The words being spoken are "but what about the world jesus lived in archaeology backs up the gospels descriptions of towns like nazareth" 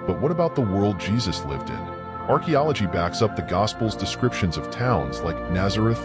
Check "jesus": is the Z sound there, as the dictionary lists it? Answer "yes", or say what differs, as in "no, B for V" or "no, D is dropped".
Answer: yes